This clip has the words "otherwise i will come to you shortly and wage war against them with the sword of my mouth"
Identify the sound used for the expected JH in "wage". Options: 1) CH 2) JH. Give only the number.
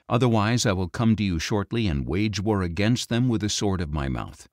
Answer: 2